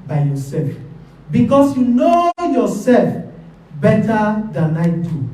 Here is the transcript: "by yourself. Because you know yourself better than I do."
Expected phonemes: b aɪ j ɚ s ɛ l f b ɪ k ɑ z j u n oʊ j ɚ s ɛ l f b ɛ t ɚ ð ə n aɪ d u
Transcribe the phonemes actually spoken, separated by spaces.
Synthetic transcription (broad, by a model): b aɪ j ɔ s ɛ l f b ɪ k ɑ s j u n oʊ j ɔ s ɛ l f b ɛ t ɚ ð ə n aɪ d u